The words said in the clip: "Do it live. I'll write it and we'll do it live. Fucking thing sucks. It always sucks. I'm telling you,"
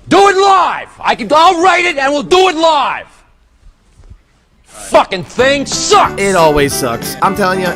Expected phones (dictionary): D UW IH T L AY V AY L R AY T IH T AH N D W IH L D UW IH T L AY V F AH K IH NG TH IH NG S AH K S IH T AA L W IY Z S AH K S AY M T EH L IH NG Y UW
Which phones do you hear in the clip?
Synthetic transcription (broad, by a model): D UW IH T L AY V AY L R AY T IH T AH N W IH L D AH IH T L AY V F AH K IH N TH IH NG S AH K IH T AA L W IY Z S AH K S AY M T EH L IH NG Y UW